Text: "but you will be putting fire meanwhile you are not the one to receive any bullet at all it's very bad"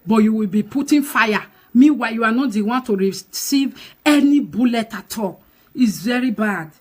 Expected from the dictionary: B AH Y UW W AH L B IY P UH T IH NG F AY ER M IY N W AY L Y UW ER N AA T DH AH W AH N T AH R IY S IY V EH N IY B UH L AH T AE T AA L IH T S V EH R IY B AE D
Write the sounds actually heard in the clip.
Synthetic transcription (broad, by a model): B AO Y UW W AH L B IY P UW T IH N F AY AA M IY W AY Y UW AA N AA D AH W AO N T AH R IY S IY V EH N IY B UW L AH T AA T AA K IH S V EH R IY B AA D